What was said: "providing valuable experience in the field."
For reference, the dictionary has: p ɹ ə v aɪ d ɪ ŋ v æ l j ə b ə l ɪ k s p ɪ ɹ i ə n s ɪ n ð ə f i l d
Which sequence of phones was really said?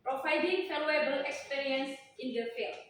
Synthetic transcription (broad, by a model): p ɹ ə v aɪ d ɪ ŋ f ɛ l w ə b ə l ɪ k s p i ɹ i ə n s ɪ n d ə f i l